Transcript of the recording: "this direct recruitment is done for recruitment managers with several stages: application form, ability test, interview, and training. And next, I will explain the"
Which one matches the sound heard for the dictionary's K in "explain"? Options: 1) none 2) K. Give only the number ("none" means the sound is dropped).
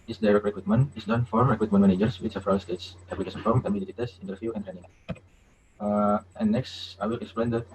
2